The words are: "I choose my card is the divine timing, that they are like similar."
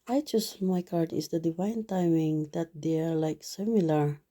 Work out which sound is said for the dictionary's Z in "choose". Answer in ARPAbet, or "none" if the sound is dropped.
S